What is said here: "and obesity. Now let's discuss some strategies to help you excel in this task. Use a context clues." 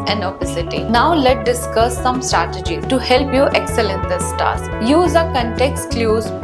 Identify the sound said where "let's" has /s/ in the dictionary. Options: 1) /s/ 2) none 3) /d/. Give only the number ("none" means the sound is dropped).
2